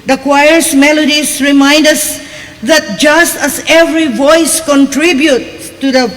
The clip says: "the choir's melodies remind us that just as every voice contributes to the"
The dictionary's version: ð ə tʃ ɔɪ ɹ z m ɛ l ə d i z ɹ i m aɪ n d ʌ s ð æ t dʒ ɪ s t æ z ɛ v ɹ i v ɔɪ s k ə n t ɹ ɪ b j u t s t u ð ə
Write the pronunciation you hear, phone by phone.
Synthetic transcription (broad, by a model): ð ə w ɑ ɹ s m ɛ l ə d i s ɹ i m aɪ n d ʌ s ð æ t dʒ ɪ s t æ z ɛ v ɹ i v ɔɪ s k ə n t ɹ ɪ b j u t t u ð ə